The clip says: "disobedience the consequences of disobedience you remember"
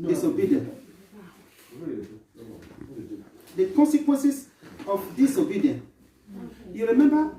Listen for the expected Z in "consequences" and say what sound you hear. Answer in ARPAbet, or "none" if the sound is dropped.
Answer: S